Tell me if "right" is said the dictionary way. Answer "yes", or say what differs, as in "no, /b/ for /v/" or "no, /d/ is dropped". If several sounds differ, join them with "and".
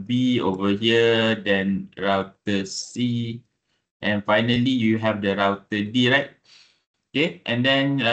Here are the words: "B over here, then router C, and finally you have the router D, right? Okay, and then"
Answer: yes